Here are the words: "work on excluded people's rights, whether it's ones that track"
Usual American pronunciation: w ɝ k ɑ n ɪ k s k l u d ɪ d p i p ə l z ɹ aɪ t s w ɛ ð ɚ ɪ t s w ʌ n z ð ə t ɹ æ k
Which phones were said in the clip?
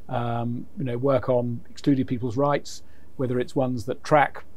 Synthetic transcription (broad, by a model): w ɝ k n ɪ k s k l u d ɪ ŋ p i p ə l z ɹ aɪ t s w ɛ ð ɚ ɪ t s w ʌ n z ð ə t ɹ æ k